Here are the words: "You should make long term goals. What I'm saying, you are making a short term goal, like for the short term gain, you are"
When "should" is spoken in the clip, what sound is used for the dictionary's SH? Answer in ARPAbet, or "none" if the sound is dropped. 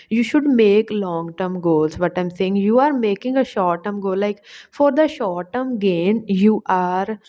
SH